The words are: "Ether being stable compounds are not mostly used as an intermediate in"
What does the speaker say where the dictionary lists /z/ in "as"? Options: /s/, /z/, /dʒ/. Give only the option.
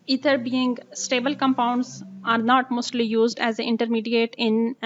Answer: /z/